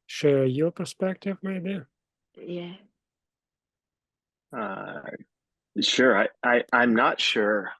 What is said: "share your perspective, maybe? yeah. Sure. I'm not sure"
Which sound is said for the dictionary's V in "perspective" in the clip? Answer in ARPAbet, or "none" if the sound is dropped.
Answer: V